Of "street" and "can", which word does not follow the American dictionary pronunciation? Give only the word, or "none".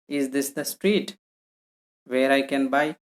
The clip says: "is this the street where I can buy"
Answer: none